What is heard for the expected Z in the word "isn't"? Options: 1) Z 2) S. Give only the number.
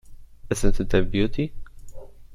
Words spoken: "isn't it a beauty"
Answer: 2